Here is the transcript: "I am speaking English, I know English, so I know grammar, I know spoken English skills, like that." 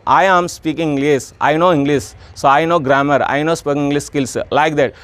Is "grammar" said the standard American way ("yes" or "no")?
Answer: yes